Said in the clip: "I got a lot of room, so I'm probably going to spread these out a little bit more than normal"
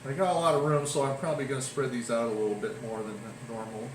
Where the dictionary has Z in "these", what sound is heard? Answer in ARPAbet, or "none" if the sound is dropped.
Z